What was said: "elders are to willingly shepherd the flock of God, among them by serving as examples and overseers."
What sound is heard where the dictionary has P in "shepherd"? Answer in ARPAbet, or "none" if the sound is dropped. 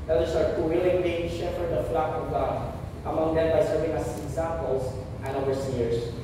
F